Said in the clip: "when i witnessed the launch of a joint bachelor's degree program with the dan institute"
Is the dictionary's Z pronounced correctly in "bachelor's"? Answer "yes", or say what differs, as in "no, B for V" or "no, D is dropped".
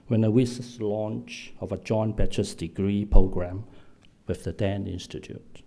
no, S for Z